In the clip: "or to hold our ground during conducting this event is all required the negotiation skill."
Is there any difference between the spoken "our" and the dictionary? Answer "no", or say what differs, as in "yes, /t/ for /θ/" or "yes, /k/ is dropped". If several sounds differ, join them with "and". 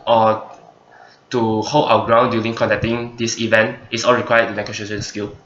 yes, /w/ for /ɹ/